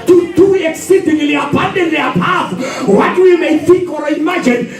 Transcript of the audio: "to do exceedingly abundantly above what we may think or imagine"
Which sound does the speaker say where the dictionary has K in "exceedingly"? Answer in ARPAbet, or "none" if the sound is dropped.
K